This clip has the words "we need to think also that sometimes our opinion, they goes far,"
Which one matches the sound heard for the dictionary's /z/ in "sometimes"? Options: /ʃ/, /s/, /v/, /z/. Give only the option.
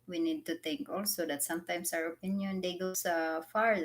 /s/